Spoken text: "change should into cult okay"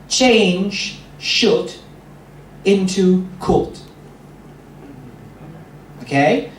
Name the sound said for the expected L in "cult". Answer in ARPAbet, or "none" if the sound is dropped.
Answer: none